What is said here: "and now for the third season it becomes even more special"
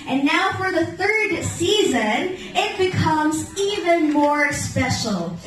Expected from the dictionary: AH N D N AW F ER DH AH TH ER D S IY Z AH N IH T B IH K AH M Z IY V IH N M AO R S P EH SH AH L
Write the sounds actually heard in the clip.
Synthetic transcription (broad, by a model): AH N N AW F ER DH AH TH ER D S IY Z AH N IH T B IH K AH M Z IY V IH N M AO R S P EH SH L